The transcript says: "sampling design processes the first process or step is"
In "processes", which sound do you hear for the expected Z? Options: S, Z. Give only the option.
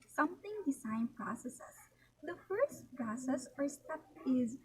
S